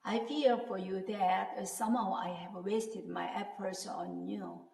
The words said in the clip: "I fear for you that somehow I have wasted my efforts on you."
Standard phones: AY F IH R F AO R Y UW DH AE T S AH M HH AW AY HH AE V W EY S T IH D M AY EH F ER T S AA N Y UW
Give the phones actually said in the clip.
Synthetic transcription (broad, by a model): AY F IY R F AO R Y UW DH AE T S AH M HH AW AY HH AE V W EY S T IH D M AY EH P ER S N AA N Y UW